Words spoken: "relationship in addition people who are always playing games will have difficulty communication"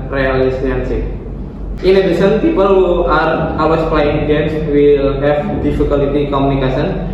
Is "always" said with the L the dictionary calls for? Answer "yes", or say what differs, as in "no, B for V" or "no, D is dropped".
no, L is dropped